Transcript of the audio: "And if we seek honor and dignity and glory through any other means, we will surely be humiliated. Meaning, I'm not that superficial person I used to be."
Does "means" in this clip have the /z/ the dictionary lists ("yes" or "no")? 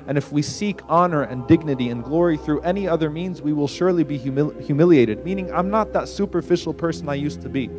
yes